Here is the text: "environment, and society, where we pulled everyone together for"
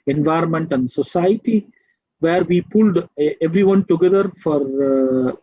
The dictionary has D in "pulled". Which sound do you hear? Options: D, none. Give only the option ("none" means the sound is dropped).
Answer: D